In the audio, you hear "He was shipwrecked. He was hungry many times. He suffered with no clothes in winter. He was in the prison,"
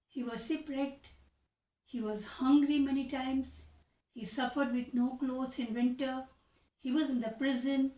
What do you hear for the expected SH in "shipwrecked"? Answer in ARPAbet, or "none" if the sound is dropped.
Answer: S